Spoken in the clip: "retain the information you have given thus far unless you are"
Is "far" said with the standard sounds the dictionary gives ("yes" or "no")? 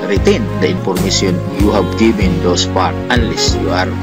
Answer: no